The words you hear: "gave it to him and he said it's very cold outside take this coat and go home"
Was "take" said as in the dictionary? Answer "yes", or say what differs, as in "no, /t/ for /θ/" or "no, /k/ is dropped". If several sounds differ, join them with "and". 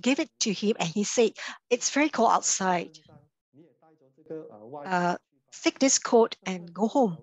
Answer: no, /s/ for /t/